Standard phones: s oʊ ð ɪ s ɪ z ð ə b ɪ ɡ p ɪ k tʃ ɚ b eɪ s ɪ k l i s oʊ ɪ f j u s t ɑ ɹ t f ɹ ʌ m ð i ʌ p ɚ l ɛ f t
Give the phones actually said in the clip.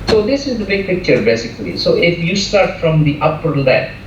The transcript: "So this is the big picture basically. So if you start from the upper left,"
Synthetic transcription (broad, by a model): s oʊ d ɪ s ɪ z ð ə b ɪ ɡ p ɪ k tʃ ɚ b eɪ s ɪ k l i s oʊ ɪ f j u s t ɑ ɹ t f ɹ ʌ m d i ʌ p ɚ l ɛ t